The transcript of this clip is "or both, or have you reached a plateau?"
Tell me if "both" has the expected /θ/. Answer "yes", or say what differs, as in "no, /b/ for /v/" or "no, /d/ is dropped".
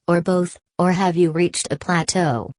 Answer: yes